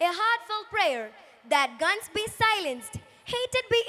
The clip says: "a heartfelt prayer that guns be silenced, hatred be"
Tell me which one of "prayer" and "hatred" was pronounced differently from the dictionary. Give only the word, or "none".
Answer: hatred